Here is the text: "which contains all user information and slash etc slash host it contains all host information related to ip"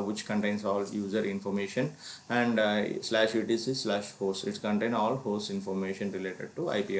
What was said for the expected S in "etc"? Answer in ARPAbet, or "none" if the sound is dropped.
none